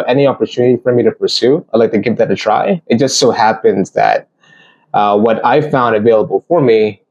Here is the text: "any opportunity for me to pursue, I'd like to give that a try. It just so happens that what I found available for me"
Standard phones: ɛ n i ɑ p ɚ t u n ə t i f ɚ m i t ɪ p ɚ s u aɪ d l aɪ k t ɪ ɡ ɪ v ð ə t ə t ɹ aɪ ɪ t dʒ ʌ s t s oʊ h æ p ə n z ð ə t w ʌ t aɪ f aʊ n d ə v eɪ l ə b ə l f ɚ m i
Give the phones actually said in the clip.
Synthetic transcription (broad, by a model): ɛ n i ɑ p ɚ t u n ə t i f ɚ m i t ɪ p ɚ s u aɪ d l aɪ k t ɪ ɡ ɪ v ð ə t ə t ɹ aɪ ɪ t dʒ ʌ s t s oʊ h æ p ə n z ð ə t w ʌ t aɪ f aʊ n d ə v eɪ l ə b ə l f ɚ m i